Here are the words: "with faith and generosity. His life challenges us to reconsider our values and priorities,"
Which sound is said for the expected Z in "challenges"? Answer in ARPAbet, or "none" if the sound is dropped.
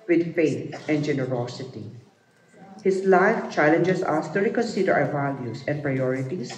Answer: S